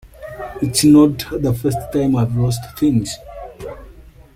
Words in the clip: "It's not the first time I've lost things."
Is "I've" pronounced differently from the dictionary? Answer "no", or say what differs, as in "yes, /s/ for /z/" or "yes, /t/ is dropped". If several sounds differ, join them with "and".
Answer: no